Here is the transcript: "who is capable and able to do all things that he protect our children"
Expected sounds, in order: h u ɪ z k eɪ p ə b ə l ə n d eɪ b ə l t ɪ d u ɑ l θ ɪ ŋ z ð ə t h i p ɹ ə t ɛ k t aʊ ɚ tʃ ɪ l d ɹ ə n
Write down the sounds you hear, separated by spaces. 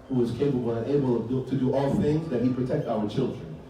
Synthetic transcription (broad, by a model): h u ɪ z k eɪ p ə b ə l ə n eɪ b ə t ɪ d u ɑ l θ ɪ ŋ z ð ə t h i p ɹ ə t ɛ k t aʊ ɚ tʃ ɪ l d ɹ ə n